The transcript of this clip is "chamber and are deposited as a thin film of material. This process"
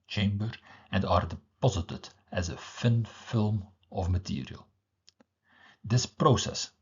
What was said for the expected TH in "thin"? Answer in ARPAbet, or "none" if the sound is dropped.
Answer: F